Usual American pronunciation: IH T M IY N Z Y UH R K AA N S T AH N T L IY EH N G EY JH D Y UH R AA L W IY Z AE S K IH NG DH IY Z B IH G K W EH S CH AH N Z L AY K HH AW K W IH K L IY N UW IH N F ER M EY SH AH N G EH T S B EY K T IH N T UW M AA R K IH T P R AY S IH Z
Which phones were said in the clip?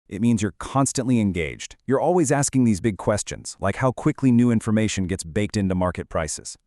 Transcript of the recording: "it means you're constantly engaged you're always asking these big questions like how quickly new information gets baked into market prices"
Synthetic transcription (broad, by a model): IH T M IY N Z Y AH R K AA N S T AH N T L IY EH N G EY JH D Y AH R AA L W IY Z AE S K IH NG DH IY Z B IH G K W EH S CH AH N Z L AY K HH AW K W IH K L IY N UW IH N F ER M EY SH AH N G EH T S B EY K T IH N T UW M AA R K IH T P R AY S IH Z